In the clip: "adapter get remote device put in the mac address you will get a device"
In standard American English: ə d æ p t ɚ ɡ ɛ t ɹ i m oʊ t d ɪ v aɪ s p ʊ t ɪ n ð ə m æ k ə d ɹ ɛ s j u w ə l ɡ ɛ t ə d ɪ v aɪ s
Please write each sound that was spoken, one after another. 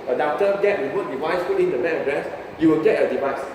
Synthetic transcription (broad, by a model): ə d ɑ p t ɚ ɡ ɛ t w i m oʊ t d ɪ v aɪ s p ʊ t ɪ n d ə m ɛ ə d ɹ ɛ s j u w ə l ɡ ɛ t ə d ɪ v aɪ s